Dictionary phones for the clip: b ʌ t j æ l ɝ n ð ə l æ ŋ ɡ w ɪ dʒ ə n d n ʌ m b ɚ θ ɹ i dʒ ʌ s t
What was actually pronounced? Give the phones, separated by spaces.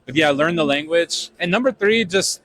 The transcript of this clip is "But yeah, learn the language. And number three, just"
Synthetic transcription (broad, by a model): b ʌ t j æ l ɝ n ð ə l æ ŋ ɡ w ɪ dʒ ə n n ʌ m b ɚ θ ɹ i dʒ ʌ s t